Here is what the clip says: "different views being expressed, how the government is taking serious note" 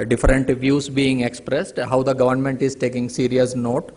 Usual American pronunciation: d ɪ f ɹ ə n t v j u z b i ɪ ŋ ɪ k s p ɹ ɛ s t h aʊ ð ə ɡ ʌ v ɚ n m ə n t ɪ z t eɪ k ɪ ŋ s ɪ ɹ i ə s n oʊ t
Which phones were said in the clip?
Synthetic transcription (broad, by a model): d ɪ f ɹ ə n t v j u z b i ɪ ŋ ɪ k s p ɹ ɛ s t h aʊ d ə ɡ ʌ v ɚ n m ə n t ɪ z t eɪ k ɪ ŋ s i ɹ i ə s n oʊ t